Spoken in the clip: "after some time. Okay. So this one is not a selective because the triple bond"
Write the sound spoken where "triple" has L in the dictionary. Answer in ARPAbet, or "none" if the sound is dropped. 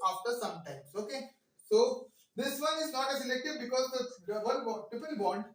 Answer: N